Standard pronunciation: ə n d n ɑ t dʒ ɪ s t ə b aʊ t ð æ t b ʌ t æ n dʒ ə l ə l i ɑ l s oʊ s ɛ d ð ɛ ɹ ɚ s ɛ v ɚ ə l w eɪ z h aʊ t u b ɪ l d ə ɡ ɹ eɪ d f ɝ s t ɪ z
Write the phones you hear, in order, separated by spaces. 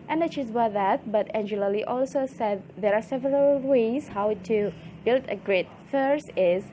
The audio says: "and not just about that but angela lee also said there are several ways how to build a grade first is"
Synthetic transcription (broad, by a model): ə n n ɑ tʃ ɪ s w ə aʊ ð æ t b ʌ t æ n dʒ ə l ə l i ɑ l s oʊ s ɛ d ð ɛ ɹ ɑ s ɛ v ɚ ə l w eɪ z h aʊ t u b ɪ l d ə ɡ ɹ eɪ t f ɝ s ɪ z